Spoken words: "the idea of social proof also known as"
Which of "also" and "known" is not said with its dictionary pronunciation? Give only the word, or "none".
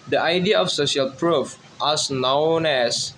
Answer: also